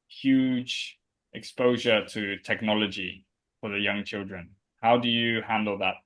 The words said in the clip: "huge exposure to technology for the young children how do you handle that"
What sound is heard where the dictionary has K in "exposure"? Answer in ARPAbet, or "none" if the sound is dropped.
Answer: K